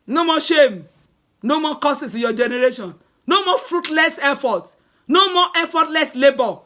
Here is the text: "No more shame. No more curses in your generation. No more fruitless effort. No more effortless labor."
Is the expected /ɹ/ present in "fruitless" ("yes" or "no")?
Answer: yes